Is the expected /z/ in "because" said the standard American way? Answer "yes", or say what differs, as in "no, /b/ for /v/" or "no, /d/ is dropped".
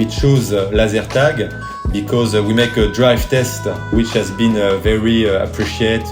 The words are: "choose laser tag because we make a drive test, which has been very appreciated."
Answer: yes